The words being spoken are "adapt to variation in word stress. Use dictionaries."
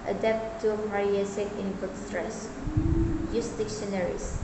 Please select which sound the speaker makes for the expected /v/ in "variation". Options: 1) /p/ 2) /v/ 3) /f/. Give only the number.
1